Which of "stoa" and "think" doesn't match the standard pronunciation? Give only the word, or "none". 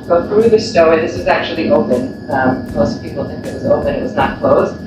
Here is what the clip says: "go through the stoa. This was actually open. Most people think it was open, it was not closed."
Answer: none